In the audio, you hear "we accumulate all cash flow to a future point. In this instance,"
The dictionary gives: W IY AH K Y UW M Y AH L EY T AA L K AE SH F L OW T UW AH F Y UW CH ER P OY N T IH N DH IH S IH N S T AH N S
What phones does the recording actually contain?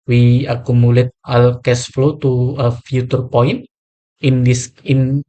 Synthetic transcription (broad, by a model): W IY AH K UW M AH L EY T AA L K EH S F L OW T UW AH F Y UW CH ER P OY N T IH N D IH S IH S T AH N